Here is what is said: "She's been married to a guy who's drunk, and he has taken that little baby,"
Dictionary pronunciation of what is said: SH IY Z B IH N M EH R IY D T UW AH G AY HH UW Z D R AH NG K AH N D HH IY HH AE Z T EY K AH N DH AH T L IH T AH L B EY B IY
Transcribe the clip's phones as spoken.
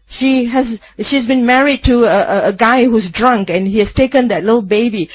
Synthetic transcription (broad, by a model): SH IY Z B IH N M EH R IY D T UW AH G AY HH UW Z D R AH NG K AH N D HH IY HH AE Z T EY K AH N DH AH T L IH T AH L B EY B IY